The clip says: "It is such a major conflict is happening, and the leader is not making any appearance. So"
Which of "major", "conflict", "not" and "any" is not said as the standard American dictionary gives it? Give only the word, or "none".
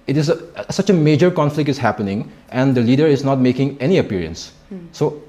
none